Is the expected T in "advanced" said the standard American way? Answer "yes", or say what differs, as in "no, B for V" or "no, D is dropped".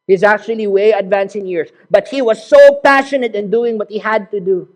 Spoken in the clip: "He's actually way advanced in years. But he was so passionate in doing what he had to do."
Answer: no, T is dropped